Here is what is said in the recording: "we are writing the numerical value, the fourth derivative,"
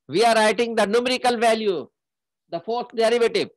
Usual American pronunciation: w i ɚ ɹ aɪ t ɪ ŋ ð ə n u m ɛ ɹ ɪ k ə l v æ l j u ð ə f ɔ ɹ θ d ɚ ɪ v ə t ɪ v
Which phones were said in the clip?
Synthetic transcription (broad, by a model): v i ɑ ɹ aɪ t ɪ ŋ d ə n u m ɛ ɹ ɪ k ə l v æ l j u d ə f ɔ ɹ t d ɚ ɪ v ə t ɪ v